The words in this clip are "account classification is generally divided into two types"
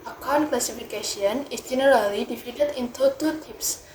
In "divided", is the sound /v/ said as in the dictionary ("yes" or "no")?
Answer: no